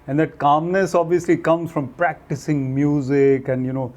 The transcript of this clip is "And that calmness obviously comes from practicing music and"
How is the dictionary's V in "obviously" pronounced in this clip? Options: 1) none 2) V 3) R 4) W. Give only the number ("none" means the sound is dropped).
2